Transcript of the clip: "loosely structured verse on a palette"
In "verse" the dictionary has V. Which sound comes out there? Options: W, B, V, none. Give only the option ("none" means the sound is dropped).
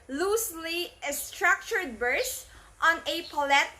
B